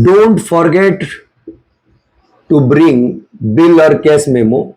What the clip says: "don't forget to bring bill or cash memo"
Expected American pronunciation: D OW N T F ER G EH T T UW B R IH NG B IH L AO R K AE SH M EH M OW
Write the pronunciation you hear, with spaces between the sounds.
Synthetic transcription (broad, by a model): D OW N T F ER G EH T T UW B R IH NG B IH L AO R K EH S M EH M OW